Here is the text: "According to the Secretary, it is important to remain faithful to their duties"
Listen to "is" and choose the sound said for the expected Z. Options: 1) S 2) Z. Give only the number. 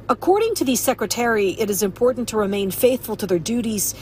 2